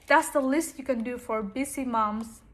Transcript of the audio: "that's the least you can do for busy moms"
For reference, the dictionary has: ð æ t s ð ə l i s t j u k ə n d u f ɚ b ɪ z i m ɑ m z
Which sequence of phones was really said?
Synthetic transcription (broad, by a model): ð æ t s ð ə l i s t j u k ə n d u f ɚ b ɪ s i m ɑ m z